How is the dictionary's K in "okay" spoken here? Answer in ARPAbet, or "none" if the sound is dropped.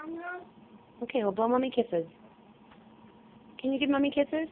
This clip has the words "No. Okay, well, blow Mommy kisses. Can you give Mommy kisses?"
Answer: K